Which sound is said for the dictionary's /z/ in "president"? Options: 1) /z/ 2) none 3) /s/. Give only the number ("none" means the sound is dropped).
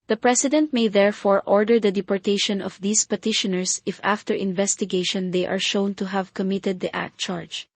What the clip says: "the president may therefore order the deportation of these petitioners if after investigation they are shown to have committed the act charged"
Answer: 3